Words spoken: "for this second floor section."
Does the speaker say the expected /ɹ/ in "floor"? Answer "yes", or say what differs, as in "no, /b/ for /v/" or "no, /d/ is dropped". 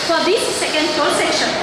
no, /l/ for /ɹ/